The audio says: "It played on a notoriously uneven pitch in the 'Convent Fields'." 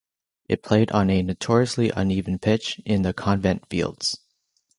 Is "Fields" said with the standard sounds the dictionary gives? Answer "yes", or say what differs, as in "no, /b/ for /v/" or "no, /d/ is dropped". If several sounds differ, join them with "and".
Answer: yes